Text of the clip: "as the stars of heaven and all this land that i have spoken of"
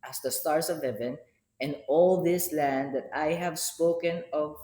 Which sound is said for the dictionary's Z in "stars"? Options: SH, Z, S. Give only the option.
S